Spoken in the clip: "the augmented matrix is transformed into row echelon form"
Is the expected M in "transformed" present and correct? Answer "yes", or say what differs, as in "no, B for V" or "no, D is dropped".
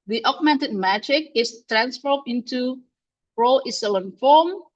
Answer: no, M is dropped